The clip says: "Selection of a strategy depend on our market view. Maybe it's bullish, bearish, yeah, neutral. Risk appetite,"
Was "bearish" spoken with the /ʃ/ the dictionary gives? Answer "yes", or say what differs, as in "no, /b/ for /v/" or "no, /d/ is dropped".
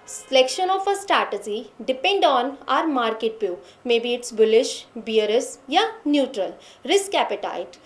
no, /s/ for /ʃ/